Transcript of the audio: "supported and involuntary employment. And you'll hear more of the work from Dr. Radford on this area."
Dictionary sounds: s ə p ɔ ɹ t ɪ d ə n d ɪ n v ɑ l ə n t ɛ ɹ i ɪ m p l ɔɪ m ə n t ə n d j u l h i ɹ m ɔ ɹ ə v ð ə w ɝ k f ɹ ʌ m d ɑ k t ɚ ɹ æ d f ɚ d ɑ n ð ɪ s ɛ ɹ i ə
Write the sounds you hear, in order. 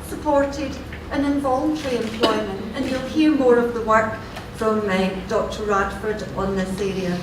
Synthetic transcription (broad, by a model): s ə p ɔ ɹ t ɪ d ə n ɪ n v ɑ l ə n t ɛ ɹ i ɪ m p l ɔɪ m ə n t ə n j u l h i ɹ m ɔ ɹ ə v ð ə w ɝ k f ɹ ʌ m d ɑ k t ɚ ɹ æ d f ɚ d n ð ɪ s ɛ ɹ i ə